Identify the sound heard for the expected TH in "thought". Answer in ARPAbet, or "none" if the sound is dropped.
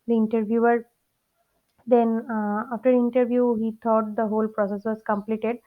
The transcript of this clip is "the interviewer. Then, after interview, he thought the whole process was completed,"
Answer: T